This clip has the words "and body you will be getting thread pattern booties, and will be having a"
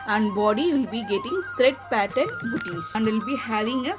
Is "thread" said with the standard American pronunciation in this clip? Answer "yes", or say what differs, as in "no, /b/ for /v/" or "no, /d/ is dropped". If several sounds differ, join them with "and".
no, /t/ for /θ/